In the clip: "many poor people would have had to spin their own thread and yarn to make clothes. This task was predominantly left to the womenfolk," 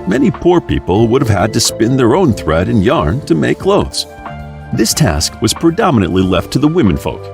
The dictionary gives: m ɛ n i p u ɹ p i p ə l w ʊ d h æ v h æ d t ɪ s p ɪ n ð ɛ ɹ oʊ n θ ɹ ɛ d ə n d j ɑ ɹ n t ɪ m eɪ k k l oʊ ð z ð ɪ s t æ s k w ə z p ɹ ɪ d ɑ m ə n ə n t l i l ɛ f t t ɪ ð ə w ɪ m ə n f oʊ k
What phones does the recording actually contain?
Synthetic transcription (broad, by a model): m ɛ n i p u ɹ p i p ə l w ʊ d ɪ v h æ d t ɪ s p ɪ n ð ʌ ɹ oʊ n θ ɹ ɛ d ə n j ɑ ɹ n t ɪ m eɪ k k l oʊ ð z ð ɪ s t æ s k w ə z p ɹ ɪ d ɑ m ə n ə n t l i l ɛ f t t ɪ ð ə w ɪ m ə n f oʊ k